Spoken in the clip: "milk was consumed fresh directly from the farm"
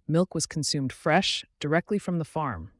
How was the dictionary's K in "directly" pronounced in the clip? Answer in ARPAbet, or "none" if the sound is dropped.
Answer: K